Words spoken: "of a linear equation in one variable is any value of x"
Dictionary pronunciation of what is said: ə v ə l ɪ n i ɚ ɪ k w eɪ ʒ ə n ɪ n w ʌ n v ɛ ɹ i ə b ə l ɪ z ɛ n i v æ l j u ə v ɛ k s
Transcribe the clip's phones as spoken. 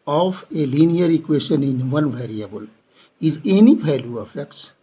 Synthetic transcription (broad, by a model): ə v ə l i n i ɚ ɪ k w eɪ ʃ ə n ɪ n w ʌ n v ɛ ɹ i ə b ə l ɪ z ɛ n i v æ l j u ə f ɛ k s